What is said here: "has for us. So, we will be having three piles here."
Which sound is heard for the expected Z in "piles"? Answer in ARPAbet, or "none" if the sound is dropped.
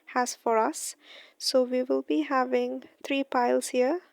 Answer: S